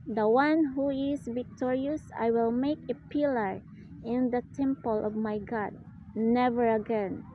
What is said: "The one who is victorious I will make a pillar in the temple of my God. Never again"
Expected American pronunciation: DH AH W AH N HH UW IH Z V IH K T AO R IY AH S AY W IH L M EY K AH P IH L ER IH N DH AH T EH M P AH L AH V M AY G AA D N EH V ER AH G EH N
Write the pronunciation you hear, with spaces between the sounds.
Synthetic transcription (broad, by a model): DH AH W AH N HH UW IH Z V IH K T AO R IY AH S AY W IH L M EY K AH P IH L ER IH N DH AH T EH M P AH L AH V M AY G AA D N EH V ER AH G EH N